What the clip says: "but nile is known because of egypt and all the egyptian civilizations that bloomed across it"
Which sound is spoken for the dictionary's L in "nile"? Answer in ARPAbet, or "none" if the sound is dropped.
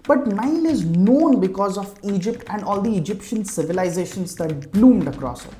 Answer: N